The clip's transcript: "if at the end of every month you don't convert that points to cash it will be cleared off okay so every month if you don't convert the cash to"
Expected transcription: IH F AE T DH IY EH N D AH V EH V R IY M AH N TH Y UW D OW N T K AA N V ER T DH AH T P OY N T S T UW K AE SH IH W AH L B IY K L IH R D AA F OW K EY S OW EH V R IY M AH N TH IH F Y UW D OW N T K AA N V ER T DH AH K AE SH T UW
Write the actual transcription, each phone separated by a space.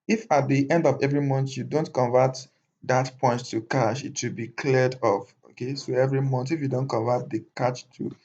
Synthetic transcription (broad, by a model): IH F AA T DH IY EH N D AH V EH V R IY M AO N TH Y UW D OW N T K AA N V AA T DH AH T P OY N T T UW K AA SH IH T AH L B IY K L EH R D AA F OW K EY S OW EH V R IY M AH N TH IH F Y UW D OW N T K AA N V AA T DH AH K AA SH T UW